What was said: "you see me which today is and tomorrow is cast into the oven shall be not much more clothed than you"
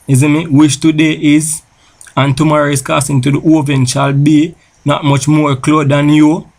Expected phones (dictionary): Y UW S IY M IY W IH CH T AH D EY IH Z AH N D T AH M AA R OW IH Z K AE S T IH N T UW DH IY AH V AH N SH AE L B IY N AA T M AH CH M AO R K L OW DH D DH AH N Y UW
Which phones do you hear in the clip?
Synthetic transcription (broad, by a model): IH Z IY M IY W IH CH T AH D EY IH Z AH N T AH M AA R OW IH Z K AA S IH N T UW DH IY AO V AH N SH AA L B IY N AA T M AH CH M AO R K L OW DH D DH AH N Y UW